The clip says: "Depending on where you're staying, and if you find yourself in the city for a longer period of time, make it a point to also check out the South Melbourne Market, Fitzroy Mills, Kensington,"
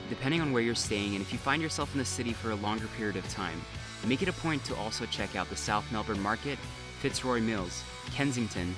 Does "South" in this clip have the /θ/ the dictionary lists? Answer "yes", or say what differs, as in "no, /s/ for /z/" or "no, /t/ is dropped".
yes